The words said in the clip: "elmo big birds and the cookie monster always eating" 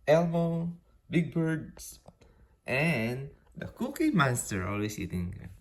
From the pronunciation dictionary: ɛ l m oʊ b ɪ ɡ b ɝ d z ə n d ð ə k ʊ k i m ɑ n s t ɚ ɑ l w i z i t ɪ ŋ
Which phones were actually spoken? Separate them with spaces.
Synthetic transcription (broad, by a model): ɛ l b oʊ b ɪ ɡ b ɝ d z ə n d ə k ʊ k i m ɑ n s t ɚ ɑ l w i s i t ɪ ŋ